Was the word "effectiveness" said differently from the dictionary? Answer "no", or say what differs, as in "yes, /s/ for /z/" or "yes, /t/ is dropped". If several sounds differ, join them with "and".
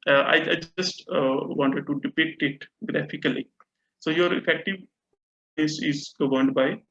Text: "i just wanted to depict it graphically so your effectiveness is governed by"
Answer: yes, /n/ is dropped